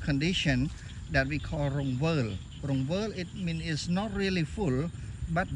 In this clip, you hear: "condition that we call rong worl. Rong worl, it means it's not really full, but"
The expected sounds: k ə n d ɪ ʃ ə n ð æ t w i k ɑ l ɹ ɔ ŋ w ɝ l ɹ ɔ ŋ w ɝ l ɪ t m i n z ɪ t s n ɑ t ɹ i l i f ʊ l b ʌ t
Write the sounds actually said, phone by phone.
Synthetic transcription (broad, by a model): k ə n d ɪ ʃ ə n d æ t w i k ɑ l ɹ ɔ ŋ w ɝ l ɹ ɔ ŋ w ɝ l ɪ t m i n ɪ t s n ɑ t ɹ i l i f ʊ l b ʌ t